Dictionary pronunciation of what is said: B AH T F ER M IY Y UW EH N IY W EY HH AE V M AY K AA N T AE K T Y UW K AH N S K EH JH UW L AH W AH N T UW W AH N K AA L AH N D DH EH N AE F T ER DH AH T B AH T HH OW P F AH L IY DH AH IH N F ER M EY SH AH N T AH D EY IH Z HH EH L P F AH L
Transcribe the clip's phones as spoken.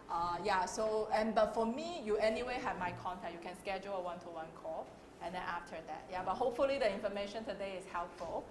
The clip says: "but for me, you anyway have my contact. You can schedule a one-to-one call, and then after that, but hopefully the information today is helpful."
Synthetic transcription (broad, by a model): B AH T F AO M IY Y UW EH N IY W EY HH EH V M AY K AA N T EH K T Y UW K AH N S K EH JH UW L AH W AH N T UW W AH N K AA AH N D EH N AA F T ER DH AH T B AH T HH OW P F AH L IY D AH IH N F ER M EY SH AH N T AH D EY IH S HH EH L P F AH L